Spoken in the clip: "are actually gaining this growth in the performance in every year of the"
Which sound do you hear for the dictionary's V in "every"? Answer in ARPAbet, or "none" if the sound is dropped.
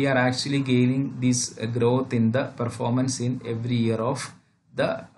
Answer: V